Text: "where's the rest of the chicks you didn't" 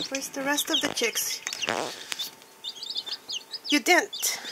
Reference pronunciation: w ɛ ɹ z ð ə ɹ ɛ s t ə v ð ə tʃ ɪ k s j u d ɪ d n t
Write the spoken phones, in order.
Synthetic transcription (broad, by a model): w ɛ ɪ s ð ə ɹ ɛ s t ə v ð ə tʃ ɪ k s j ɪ d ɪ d n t